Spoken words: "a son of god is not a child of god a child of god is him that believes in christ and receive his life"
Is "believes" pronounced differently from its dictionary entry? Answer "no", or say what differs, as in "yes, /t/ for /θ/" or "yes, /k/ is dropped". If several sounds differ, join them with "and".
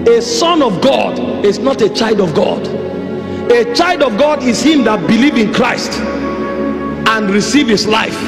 yes, /z/ is dropped